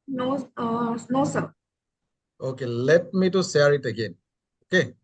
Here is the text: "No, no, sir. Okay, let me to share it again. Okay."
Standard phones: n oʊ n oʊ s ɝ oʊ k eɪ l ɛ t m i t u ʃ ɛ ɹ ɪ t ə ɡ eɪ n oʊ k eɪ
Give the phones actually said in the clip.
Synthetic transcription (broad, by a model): n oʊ n oʊ s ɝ oʊ k eɪ l ɛ t m i t u s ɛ ɹ ɪ t ə ɡ eɪ n oʊ k eɪ